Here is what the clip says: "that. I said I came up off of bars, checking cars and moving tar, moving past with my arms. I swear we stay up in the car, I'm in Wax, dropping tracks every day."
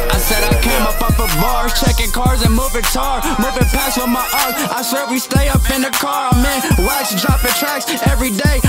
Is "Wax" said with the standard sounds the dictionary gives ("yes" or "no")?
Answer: no